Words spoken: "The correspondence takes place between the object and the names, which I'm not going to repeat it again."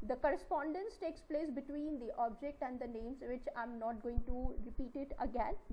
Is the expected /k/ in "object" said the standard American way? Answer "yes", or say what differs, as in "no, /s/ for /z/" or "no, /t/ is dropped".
yes